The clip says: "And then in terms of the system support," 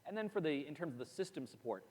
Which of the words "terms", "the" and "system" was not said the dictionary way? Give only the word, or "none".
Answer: none